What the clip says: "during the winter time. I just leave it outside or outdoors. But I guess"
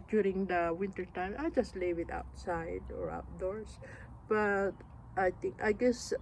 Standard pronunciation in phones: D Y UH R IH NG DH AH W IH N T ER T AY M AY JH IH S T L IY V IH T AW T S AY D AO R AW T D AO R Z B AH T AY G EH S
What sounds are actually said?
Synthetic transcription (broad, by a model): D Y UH R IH NG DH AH W IH N T ER T AY M AY JH IH S T L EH W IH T AW T S AY D AO R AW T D AO R S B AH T AY G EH S